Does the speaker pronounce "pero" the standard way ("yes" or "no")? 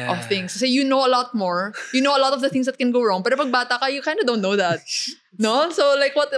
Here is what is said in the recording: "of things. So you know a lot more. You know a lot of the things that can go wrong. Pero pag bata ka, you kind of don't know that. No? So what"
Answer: yes